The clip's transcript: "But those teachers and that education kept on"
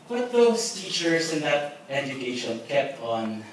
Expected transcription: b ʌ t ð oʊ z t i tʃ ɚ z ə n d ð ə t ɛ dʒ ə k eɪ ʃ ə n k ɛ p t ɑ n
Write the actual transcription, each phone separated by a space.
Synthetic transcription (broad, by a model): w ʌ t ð oʊ s t i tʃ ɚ s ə n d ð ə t ɛ dʒ ə k eɪ ʃ ə n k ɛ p ɑ n